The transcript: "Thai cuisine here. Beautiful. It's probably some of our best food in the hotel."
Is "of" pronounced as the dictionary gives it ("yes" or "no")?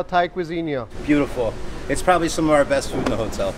yes